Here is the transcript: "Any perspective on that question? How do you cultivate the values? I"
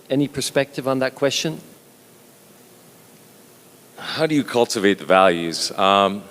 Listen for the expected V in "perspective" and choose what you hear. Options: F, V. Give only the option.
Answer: V